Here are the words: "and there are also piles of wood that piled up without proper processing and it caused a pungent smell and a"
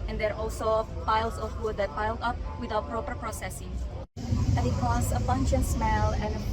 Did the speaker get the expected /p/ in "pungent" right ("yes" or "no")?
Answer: no